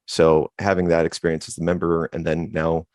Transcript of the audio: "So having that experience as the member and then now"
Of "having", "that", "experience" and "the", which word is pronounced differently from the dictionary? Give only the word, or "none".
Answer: none